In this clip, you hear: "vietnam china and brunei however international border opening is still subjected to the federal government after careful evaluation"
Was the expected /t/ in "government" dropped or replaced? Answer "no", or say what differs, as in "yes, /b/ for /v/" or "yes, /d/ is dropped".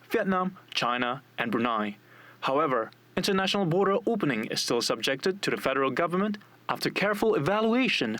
no